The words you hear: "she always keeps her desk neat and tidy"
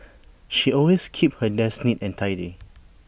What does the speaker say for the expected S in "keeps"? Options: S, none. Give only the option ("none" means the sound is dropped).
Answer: none